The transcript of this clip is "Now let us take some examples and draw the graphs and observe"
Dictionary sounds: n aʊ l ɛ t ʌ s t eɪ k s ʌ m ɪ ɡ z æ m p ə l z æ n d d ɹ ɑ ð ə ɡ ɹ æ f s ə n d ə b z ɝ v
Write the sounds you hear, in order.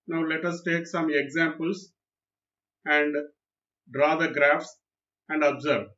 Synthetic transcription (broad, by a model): n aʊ l ɛ t ʌ s t eɪ k s ʌ m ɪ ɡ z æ m p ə l s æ n d d ɹ ɑ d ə ɡ ɹ æ f s ə n d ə b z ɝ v